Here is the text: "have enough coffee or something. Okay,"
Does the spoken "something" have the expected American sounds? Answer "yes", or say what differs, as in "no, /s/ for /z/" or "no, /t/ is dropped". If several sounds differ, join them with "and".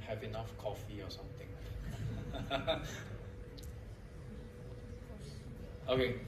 no, /t/ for /θ/